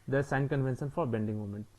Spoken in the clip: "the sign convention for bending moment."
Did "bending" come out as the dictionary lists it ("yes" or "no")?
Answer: yes